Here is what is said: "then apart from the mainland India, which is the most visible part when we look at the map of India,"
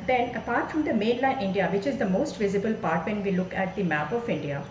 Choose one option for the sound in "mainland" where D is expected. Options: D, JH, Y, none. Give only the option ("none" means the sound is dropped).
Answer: none